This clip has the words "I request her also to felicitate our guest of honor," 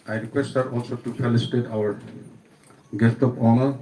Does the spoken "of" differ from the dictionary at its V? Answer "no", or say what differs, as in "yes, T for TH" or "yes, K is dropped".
yes, P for V